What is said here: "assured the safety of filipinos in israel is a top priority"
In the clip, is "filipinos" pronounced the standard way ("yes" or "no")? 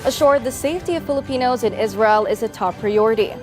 yes